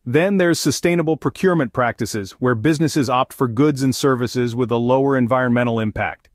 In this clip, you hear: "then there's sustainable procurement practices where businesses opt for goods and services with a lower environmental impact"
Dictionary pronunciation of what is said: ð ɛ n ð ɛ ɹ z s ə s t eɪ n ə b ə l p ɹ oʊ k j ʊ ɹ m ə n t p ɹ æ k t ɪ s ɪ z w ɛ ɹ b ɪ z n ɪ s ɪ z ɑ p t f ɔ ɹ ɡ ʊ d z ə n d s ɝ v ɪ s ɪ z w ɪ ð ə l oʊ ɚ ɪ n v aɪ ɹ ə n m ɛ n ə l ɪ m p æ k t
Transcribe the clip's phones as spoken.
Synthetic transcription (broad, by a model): ð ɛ n ð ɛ ɹ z s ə s t eɪ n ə b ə l p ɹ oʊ k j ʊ ɹ m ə n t p ɹ æ k t ɪ s ɪ z w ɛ ɹ b ɪ z n ɪ s ɪ z ɑ p t f ɔ ɹ ɡ ʊ d z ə n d s ɝ v ɪ s ɪ z w ɪ ð ə l oʊ ɚ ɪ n v aɪ ɹ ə n m ɛ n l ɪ m p æ k t